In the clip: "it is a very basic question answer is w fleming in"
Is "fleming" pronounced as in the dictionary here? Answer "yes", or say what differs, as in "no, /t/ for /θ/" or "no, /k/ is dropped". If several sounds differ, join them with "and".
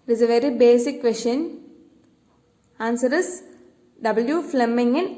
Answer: yes